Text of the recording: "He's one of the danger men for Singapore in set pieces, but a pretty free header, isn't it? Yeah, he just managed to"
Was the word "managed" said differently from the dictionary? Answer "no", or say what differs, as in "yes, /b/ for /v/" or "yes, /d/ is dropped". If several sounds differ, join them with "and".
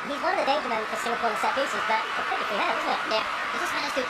yes, /n/ is dropped